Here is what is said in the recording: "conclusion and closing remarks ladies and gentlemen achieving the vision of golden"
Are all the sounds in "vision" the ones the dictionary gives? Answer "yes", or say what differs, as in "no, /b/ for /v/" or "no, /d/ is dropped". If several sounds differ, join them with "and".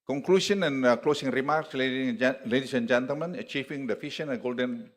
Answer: no, /f/ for /v/ and /ʃ/ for /ʒ/